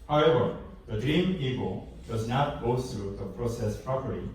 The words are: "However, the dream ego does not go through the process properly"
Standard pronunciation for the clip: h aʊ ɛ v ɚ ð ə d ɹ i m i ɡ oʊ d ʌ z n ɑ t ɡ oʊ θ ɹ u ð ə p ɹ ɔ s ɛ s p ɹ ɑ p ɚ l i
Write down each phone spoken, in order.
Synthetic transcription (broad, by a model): h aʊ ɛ v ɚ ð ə d ɹ i m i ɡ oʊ d ʌ z n ɑ t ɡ oʊ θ ɹ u ð ə p ɹ ɔ s ɛ s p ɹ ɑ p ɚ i